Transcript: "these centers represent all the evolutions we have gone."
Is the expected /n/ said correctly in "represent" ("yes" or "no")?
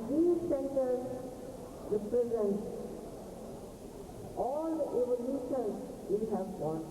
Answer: yes